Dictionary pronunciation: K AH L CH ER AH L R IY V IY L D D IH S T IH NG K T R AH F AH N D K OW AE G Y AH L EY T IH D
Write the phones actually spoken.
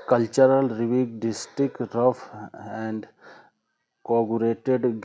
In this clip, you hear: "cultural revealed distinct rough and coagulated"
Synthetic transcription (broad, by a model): K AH L CH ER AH L R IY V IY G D D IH S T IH K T R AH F AH N D K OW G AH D EY T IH D